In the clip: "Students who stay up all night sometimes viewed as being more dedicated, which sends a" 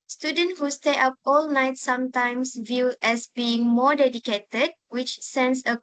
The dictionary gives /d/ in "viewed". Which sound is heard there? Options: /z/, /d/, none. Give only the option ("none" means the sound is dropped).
none